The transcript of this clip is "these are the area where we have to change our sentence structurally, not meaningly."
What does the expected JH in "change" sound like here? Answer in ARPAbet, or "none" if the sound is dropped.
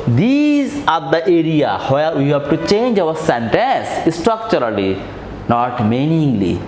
JH